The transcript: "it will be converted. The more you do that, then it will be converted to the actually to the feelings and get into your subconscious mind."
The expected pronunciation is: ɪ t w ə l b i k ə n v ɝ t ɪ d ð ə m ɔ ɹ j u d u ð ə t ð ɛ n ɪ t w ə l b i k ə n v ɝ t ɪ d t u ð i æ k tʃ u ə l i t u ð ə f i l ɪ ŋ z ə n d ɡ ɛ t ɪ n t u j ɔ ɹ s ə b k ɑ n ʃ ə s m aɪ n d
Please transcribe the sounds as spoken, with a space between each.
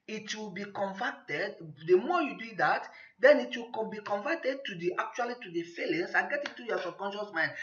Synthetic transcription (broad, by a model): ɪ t w ə l b i k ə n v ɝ t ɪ d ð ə m ɔ j u d u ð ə t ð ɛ n ɪ t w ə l b i k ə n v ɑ t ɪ d t u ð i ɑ k tʃ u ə l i t u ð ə f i l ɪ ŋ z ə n ɡ ɛ t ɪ t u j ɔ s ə k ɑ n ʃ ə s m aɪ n